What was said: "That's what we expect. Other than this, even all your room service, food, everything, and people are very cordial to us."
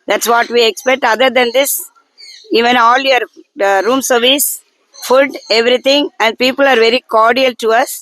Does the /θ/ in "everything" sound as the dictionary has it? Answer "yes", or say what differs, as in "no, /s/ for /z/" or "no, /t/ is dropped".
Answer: no, /t/ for /θ/